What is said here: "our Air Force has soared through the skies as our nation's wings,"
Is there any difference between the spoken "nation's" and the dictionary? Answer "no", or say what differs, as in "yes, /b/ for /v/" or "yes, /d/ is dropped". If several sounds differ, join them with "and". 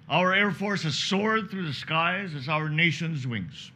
no